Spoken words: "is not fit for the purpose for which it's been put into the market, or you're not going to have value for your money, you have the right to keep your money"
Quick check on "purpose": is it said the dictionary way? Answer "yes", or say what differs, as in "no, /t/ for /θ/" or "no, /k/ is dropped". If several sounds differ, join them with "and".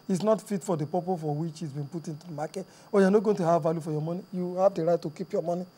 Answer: no, /s/ is dropped